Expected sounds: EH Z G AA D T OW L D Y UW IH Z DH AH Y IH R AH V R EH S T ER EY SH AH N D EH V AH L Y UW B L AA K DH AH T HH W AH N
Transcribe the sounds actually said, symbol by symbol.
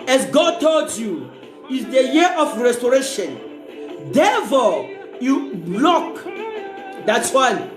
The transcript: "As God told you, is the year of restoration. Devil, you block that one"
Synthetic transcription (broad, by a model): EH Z G AA D T OW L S Y UW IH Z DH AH Y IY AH F R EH S T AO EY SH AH N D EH F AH Y UW B L AA K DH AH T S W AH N